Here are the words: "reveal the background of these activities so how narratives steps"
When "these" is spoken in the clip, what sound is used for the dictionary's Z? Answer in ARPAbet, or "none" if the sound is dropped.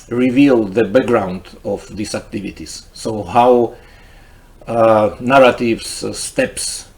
S